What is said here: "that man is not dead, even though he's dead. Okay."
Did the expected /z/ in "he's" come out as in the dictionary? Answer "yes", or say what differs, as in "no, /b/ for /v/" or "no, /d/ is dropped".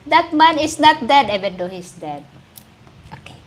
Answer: no, /s/ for /z/